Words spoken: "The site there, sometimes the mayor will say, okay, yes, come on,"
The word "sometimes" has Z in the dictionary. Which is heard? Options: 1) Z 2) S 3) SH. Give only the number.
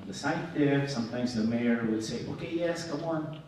1